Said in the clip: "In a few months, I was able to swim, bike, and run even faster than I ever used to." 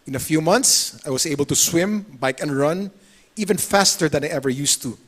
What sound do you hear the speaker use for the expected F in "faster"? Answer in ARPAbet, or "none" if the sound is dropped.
F